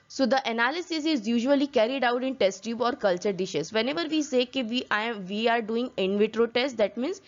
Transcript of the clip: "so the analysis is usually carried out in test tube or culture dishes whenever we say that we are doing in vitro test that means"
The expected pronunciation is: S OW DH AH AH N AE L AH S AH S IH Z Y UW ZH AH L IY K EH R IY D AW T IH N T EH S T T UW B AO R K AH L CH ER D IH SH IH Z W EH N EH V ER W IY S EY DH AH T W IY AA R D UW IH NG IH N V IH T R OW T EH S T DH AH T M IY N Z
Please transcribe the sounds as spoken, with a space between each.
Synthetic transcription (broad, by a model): S OW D AH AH N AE L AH S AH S IH Z Y UW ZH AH L IY K EH R IY D AW T IH N T EH S T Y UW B AO R K AH L CH ER D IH SH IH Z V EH N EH V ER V IY S EY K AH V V IY AA R D UW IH NG IH N V IH T R OW T EH S T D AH T M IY N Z